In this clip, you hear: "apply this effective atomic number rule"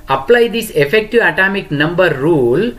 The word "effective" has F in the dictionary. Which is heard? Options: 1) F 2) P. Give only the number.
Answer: 1